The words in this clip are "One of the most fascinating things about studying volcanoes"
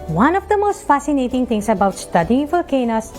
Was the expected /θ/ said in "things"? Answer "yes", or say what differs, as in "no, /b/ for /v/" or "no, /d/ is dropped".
no, /t/ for /θ/